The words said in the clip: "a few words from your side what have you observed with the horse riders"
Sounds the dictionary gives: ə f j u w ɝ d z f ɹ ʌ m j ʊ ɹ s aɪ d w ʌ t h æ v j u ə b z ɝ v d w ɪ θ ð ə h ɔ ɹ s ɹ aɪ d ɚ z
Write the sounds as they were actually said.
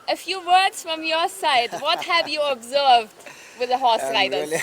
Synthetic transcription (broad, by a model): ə f j u w ɝ d z f ɹ ʌ m j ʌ ɹ s aɪ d w ʌ t h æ v j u ə b z ɝ v d w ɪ ð ə h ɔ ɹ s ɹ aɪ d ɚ